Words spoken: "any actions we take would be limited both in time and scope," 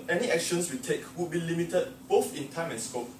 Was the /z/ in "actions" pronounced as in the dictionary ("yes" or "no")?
no